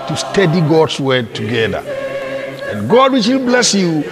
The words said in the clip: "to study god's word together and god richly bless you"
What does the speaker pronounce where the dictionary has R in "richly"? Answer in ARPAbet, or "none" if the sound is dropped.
W